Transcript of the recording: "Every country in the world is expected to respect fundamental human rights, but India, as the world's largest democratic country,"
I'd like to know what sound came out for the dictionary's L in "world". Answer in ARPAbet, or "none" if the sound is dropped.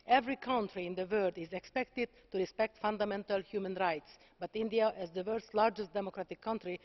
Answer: none